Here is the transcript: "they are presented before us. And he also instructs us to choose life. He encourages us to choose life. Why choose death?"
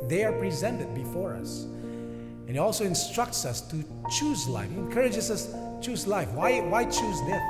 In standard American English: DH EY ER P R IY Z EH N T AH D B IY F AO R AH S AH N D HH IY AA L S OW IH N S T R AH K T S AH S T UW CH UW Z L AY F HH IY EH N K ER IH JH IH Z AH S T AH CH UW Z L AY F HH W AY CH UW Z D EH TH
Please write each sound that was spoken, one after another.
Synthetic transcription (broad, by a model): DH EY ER P R IY Z EH N T AH D B IY F AO R AH S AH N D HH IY AA L S OW IH N S T R AH K T S AH S T UW CH UW Z L AY F HH IY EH N K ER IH JH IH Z AH S CH UW Z L AY F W W AY CH UW Z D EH